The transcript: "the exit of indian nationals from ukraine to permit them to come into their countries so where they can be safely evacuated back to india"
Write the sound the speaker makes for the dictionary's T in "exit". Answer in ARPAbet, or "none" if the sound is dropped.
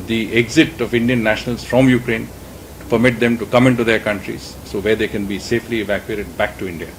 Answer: T